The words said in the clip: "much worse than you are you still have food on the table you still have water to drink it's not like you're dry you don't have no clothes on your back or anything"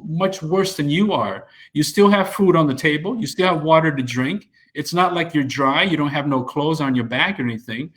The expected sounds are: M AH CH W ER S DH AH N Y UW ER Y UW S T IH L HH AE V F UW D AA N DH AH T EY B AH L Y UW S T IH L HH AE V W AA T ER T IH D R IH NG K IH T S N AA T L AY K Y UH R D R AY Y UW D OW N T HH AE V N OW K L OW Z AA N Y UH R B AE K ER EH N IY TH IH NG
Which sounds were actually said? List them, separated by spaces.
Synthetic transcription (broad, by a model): M AH CH W ER S DH AH N Y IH ER Y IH S T IH L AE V F UW D N DH AH T EY B AH L Y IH S T IH L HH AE V W AA T ER T IH D R IH NG K IH T S N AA T L AY K Y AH R D R AY Y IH D OW N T HH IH V N OW K L OW Z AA N Y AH R B AE K ER EH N IY TH IH NG